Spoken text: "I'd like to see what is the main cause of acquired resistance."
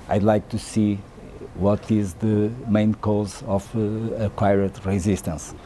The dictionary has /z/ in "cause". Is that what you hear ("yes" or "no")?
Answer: yes